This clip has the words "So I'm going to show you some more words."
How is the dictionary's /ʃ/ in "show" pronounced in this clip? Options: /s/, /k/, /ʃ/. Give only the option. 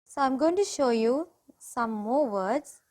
/ʃ/